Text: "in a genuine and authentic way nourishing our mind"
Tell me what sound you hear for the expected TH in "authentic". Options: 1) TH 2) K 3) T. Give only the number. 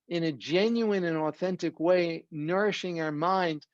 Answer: 1